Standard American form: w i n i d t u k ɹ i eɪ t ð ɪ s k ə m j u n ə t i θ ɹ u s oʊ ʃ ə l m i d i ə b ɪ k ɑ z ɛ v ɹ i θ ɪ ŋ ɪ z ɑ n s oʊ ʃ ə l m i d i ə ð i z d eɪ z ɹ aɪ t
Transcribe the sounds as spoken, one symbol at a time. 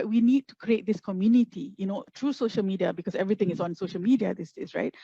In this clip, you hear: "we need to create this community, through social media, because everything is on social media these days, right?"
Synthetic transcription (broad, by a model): w i n i d t u k ɹ i eɪ t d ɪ s k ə m j u n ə t i t ɹ u s oʊ ʃ ə l m i d i ə b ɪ k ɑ s ɛ v ɹ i t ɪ ŋ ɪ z ɑ n s oʊ ʃ ə l m i d i ə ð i s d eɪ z ɹ aɪ t